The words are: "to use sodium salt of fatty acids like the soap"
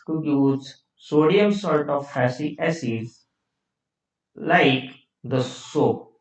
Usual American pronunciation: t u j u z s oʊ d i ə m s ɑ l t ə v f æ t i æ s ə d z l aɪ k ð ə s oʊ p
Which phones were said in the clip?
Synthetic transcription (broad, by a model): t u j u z s oʊ d i ə m s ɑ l t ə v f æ s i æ s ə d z l aɪ k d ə s oʊ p